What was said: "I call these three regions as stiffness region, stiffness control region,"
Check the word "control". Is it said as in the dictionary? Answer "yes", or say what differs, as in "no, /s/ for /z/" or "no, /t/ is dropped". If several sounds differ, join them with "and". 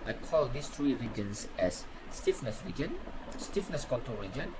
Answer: no, /n/ is dropped and /ɹ/ is dropped